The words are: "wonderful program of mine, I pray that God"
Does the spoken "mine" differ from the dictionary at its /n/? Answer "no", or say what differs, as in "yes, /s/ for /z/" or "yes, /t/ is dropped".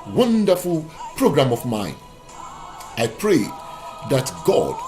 no